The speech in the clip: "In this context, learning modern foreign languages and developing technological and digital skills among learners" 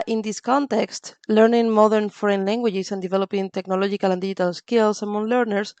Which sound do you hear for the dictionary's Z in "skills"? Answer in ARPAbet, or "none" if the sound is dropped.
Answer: S